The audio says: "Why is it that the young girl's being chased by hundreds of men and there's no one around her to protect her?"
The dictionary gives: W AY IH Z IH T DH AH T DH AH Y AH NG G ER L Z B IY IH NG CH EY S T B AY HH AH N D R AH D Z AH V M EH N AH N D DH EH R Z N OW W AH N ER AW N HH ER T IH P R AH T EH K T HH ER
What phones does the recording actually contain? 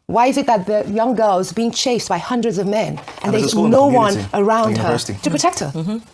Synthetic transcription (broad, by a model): W AY IH Z IH T DH AH T DH AH Y AH NG G ER L Z B IY IH NG CH EY S B AY HH AH N D R AH D Z AH V M EH N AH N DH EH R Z N OW W AH N ER AW N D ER T IH P R AH T EH K T HH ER